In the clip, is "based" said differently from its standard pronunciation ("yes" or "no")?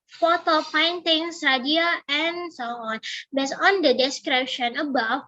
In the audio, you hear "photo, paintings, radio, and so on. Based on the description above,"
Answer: yes